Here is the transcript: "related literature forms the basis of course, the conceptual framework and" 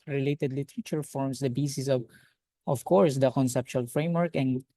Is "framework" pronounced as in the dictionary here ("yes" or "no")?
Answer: yes